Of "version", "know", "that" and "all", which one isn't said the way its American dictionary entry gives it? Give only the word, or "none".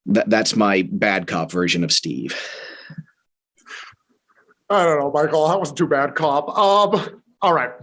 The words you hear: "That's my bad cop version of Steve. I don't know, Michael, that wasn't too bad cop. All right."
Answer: none